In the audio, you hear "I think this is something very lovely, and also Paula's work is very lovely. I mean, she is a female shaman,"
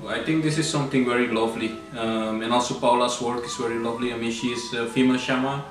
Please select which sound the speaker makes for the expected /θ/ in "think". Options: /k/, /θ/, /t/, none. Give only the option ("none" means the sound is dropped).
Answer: /t/